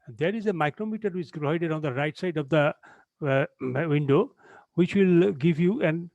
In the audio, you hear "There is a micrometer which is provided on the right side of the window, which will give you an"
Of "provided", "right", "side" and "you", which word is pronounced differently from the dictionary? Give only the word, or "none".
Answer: provided